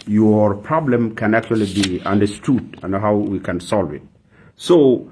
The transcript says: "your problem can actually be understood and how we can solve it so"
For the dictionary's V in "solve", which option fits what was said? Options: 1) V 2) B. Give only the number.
1